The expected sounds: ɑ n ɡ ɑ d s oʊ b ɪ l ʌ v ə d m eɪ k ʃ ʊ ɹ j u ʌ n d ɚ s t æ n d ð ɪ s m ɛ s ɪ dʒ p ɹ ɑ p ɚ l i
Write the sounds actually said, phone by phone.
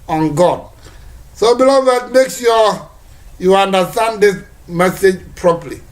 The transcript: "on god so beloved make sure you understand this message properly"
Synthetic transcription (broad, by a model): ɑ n ɡ ɑ d s oʊ b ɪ l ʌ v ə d m eɪ k s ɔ j u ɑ n d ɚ s t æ n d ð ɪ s m ɛ s ɪ dʒ p ɹ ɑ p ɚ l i